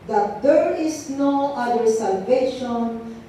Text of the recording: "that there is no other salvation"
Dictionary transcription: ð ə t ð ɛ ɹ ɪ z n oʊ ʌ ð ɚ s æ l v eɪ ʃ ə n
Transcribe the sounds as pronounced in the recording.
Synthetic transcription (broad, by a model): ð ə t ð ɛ ɹ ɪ s n oʊ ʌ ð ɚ s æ l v eɪ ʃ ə n